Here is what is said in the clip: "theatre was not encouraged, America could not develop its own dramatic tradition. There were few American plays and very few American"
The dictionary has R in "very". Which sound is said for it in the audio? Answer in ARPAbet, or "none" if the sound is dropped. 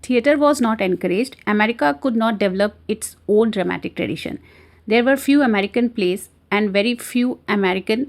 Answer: R